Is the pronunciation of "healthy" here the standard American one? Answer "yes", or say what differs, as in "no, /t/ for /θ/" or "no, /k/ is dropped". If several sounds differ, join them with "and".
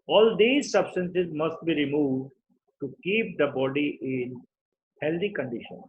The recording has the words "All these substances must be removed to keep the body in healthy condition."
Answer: no, /t/ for /θ/